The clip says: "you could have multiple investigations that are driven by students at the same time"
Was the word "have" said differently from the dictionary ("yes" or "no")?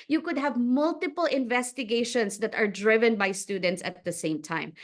no